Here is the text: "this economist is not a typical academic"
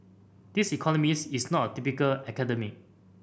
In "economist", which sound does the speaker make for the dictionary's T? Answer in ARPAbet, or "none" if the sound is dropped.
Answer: none